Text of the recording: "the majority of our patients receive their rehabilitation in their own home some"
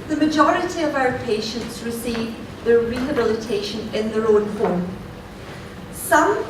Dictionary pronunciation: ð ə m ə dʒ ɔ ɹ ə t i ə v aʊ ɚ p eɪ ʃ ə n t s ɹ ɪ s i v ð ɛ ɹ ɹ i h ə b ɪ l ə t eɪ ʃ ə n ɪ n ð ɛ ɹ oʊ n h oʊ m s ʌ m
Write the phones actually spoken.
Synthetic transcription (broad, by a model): ð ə m ə dʒ ɔ ɹ ə t i ə v aʊ ɚ p eɪ ʃ ə n t s ɹ ɪ s i v ð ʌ ɹ ɹ i h ə b ɪ l ə t eɪ ʃ ə n ɪ n ð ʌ ɹ oʊ n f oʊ m s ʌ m